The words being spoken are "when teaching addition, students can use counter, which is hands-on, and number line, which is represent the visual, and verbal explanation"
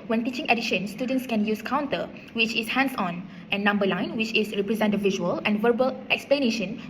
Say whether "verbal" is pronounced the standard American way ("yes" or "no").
yes